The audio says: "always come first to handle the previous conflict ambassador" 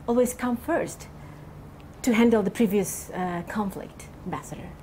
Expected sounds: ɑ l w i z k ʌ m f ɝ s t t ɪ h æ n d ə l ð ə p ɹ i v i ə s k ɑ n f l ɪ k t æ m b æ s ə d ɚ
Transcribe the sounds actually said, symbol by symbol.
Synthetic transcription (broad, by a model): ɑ l w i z k ʌ m f ɝ s t t ɪ h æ n d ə l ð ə p ɹ i v i ə s k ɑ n f l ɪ k t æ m b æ s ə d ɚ